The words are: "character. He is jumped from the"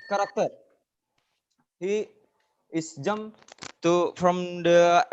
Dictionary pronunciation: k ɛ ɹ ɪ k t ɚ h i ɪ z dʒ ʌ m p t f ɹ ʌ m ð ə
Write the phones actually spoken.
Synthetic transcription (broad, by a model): k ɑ ɹ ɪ k t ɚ h i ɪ s dʒ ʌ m t f ɹ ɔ m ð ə